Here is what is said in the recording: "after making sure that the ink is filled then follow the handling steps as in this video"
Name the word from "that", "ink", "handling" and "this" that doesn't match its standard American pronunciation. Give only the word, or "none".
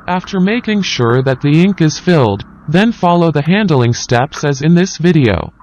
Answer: none